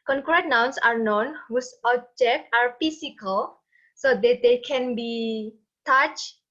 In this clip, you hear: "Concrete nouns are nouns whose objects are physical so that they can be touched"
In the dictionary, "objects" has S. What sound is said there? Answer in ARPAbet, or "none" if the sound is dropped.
none